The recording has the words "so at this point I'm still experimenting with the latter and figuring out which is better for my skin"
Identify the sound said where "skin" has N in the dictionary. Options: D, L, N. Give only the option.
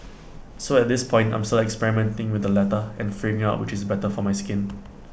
N